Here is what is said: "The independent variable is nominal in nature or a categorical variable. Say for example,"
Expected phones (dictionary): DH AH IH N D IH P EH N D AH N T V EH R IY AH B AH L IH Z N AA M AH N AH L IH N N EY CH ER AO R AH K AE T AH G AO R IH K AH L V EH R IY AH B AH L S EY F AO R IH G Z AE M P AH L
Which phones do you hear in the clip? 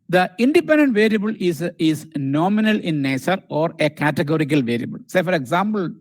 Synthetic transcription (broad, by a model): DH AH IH N D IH P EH N D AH N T V EH R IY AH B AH L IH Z N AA M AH N AH L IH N N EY S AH AO R AH K AE T AH G AO R IH K AH L V EH R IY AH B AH L S EY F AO R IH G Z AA M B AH L